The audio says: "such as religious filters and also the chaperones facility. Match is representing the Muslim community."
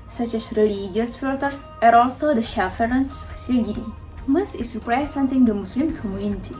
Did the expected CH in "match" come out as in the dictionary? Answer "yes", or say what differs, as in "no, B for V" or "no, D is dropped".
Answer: no, S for CH